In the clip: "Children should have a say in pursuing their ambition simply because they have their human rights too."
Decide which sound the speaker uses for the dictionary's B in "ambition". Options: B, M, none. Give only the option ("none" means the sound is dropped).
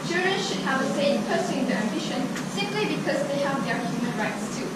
B